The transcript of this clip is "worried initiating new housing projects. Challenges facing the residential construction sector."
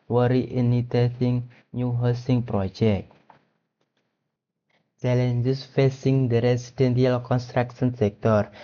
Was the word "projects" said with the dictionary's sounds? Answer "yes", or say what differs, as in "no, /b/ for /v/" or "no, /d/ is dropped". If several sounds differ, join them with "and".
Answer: no, /s/ is dropped